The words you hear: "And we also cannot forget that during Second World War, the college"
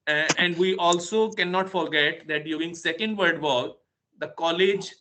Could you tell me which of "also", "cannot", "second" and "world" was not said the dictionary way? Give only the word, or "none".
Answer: world